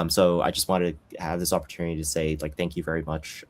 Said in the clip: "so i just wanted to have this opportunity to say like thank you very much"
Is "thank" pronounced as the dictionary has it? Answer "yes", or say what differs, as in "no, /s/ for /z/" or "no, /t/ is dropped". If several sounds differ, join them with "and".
yes